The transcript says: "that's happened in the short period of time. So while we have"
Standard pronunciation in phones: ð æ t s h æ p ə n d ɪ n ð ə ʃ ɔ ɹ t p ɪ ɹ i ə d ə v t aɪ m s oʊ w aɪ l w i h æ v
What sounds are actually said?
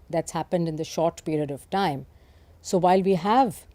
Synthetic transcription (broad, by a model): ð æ t s h æ p ə n d ɪ n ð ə ʃ ɔ ɹ t p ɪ ɹ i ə d ə v t aɪ m s oʊ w aɪ l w i h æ v